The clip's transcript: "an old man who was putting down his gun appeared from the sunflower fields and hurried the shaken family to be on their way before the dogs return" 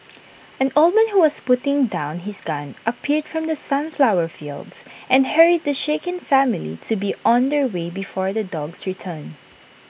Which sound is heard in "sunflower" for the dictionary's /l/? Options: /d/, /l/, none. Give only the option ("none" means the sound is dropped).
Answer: /l/